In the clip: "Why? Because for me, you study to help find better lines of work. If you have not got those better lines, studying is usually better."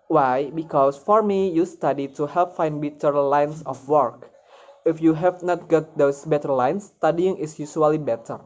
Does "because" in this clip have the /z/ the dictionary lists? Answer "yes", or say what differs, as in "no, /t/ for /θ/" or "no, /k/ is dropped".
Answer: no, /s/ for /z/